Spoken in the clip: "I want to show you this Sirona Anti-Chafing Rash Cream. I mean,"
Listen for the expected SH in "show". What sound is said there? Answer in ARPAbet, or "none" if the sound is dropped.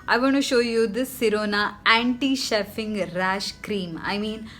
SH